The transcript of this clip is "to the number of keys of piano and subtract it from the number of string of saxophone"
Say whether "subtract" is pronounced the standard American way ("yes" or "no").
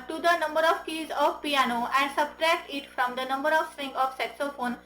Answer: yes